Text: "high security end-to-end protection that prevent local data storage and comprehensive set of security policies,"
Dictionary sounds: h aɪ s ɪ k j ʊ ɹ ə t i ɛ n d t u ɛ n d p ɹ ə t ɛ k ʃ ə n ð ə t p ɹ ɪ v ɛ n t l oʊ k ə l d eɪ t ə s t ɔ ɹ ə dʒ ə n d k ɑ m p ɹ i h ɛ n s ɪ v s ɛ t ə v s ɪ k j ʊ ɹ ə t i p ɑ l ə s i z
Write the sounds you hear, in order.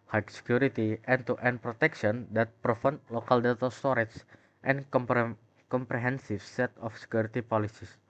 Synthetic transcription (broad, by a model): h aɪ s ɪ k j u ɹ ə t i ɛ n t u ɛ n p ɹ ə t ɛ k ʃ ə n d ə t p ɹ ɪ f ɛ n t l oʊ k ə l d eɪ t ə s t ɔ ɹ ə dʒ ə n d k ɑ m p ɹ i h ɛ n s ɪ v s ɛ t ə f s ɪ k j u ɹ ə t i p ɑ l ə s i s